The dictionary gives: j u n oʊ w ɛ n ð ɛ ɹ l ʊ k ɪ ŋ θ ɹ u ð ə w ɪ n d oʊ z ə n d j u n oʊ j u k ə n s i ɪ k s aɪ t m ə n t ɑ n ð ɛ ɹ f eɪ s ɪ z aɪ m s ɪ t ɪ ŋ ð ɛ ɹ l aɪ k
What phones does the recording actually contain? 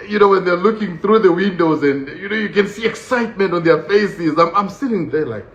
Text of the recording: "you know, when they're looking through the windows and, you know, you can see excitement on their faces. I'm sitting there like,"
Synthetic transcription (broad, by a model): j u n oʊ w ɛ n ð ɛ ɹ l ʊ k ɪ ŋ θ ɹ u ð ə w ɪ n d oʊ z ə n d j u n oʊ j u k ə n s i ɪ k s aɪ t m ə n t ɑ n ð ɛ ɹ f eɪ s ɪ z aɪ m s ɪ t ɪ ŋ ð ɛ ɹ l aɪ k